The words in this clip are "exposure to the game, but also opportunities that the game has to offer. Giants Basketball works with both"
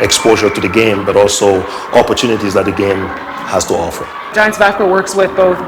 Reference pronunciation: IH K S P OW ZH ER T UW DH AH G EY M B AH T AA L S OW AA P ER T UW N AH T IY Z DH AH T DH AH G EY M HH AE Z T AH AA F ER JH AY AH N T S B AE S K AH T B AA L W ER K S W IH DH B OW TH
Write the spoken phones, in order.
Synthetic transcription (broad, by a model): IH K S P OW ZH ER T UW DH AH G EY M B AH T AA L S OW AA P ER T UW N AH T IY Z DH AH T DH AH G EY M HH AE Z T AH AA F ER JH AY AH N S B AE K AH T W ER K S W IH DH B OW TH